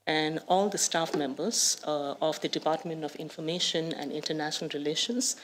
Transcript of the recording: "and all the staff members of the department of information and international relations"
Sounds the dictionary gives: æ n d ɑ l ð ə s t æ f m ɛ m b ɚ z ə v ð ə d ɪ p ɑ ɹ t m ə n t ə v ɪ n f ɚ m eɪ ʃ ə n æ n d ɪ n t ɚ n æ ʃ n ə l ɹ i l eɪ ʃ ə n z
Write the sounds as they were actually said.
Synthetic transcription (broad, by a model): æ n d ɑ l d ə s t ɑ f m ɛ m b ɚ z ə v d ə d ɪ p ɑ ɹ t m ə n t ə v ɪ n f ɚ m eɪ ʃ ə n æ n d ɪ n t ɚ n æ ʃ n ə l ɹ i l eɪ ʃ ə n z